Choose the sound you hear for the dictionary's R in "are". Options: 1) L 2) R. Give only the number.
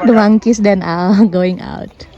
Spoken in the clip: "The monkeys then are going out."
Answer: 1